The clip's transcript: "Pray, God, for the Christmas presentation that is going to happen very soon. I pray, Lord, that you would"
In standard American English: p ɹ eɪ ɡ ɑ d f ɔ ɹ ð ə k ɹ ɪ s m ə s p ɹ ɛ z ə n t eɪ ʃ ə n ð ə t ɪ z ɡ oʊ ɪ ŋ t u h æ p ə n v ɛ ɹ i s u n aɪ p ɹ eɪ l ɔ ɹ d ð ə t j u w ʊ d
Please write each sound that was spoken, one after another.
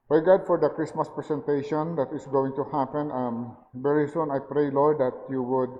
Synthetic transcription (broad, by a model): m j ɡ ɑ d f ɔ ɹ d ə k ɹ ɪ s m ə s p ɹ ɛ s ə n t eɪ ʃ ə n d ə t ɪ s ɡ oʊ ɪ ŋ t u h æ p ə n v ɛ ɹ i s u n aɪ p ɹ eɪ l ɔ ɹ d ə t j u w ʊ d